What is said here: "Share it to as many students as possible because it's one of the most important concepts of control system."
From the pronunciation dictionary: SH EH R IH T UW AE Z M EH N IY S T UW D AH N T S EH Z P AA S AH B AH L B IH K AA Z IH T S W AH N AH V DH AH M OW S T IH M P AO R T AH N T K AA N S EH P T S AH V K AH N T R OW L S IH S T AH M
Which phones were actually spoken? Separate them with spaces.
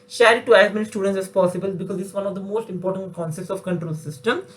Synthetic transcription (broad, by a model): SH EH R IH T UW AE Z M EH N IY S T UW D AH N T S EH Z P AA S AH B AH L B IH K AA Z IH S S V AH N AH V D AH M OW S T IH M P AO R T AH N T K AA N S EH P T S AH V K AH N T R OW L S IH S T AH M